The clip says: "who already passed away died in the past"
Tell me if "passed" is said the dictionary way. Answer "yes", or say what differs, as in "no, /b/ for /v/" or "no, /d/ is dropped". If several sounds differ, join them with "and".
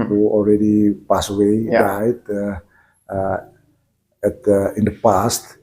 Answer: no, /t/ is dropped